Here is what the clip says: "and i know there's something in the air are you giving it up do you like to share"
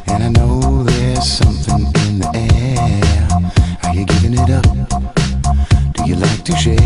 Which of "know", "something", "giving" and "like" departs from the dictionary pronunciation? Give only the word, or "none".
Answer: none